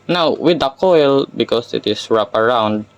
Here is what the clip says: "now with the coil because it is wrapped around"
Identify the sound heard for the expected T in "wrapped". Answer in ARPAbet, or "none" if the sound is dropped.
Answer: none